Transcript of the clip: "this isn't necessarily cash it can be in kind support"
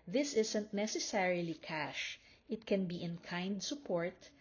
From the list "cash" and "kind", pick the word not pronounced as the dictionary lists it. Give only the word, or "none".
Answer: none